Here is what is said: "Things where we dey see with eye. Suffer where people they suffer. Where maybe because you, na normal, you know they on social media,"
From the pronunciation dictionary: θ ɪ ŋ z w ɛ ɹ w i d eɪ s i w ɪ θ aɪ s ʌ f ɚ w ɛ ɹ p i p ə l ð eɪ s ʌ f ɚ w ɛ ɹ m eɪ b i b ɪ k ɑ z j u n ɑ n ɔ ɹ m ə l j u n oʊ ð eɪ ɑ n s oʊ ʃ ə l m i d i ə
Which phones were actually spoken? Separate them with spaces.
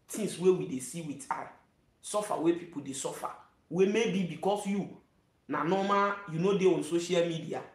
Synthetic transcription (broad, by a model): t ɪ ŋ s w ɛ w i d eɪ s i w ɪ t aɪ s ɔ f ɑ w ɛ p i p ə l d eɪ s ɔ f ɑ w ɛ m eɪ b i b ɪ k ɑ s j u n ɑ n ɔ m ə j u n oʊ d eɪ ɑ n s oʊ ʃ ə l m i d i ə